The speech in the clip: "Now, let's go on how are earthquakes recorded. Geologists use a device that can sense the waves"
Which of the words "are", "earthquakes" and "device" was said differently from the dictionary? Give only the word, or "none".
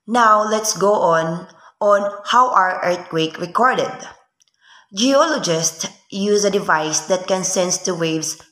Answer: earthquakes